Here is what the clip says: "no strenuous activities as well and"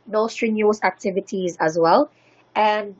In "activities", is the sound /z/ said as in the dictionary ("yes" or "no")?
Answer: yes